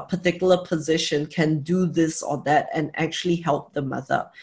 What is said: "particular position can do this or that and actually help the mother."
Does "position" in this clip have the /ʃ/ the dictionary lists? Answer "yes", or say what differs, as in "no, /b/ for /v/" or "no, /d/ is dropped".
yes